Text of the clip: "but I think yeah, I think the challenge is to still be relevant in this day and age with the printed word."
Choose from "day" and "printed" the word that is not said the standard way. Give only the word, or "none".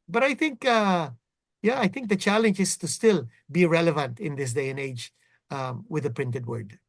none